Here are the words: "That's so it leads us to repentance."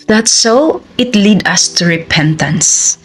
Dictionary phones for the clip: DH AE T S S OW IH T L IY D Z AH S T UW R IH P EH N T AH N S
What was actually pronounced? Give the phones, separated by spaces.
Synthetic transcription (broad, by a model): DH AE T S S OW IH T L IY D AH S T UW R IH P EH N T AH N S